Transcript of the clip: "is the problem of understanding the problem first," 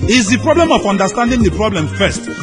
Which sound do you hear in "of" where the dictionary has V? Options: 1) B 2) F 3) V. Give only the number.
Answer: 2